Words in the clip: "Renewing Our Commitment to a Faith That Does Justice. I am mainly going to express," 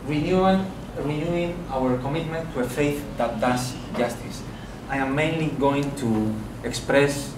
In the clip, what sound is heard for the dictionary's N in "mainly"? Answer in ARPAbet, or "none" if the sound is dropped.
N